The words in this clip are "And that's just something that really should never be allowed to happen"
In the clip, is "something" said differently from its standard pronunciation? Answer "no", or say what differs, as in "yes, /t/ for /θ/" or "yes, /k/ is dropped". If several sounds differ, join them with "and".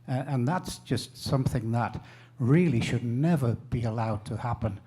no